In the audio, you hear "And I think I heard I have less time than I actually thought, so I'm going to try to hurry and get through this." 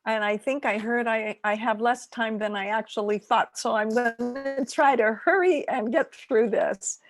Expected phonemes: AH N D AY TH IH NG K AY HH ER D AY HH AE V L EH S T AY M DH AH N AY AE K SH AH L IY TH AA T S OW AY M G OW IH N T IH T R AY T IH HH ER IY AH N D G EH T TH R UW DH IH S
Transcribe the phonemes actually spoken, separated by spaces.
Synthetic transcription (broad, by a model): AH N AY TH IH NG K AY HH ER D AY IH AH V L EH S T AY M DH AH N AY AE K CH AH L IY TH AA T S OW AY M G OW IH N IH T R AY T IH HH ER IY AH N G EH T TH R UW DH IH S